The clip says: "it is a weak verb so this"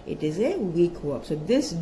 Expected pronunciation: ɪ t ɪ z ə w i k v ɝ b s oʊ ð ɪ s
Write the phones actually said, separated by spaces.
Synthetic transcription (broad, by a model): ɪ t ɪ z ə w i k w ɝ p s oʊ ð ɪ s